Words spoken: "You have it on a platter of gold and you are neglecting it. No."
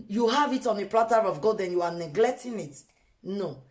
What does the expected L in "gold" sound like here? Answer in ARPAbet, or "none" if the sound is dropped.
none